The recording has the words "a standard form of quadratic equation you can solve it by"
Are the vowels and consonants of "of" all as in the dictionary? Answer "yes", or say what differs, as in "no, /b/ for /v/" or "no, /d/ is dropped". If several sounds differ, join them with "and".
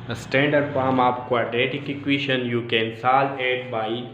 no, /p/ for /v/